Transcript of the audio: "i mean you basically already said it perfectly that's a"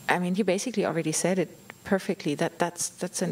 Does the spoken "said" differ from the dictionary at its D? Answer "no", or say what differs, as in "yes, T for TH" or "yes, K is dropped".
no